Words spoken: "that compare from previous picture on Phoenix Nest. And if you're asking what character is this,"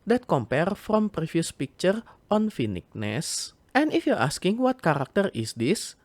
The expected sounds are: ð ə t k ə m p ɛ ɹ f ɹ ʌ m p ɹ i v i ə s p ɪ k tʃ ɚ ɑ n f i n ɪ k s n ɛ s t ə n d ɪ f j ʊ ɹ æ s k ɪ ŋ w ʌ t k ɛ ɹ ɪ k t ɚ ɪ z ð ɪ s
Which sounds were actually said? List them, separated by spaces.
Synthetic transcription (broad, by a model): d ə t k ə m p ɛ ɹ f ɹ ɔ m p ɹ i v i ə s p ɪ k tʃ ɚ ɑ n f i n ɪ k n ɛ s t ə n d ɪ f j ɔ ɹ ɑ s k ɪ ŋ w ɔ t k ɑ ɹ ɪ k t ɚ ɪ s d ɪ s